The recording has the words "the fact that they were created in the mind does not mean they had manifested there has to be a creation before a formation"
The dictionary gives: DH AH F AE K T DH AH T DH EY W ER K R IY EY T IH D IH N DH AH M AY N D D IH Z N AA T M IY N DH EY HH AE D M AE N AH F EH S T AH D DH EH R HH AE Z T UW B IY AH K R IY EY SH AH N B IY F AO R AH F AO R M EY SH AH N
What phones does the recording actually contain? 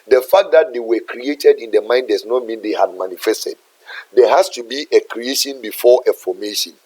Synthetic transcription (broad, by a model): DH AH F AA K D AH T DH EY W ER K R IY EY T IH D IH N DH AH M AY N D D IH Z N AA T M IY N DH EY HH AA D M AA N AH F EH S T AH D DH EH HH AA S T UW B IY AH K R IY EY SH AH N B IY F AO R AH F AO M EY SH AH N